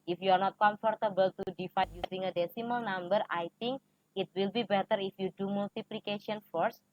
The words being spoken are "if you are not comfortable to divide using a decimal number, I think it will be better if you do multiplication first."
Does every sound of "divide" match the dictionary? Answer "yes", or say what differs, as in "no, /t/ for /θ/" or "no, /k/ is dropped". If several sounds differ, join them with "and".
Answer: no, /f/ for /v/